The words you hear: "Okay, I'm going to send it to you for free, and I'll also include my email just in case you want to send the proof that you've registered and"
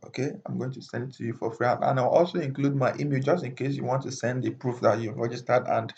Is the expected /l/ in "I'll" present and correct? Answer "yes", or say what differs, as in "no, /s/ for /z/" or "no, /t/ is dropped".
no, /w/ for /l/